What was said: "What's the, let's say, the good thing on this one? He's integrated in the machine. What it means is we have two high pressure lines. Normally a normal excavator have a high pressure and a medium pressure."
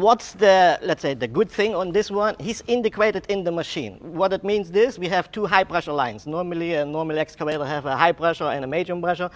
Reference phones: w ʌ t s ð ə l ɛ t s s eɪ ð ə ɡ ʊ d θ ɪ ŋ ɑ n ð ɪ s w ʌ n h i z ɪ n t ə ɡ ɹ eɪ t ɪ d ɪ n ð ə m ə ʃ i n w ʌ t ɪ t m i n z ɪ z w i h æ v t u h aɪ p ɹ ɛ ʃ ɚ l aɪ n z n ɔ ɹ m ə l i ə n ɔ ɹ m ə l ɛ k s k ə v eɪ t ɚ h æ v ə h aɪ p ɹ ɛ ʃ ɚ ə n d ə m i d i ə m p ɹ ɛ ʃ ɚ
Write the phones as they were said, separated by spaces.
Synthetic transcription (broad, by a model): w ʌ t s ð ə l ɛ t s s eɪ ð ə ɡ ʊ d θ ɪ ŋ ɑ n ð ɪ s w ʌ n h i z ɪ n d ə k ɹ eɪ t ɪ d ɪ n ð ə m ə ʃ i n w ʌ t ɪ t m i n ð ɪ s w i h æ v t u h aɪ p ɹ ɛ ʃ ɚ l aɪ n s n ɔ ɹ m ə l i ə n ɔ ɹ m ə l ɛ k s k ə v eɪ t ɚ h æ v ə h aɪ p ɹ ɛ ʃ ɚ ə n d ə m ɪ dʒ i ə m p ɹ ɛ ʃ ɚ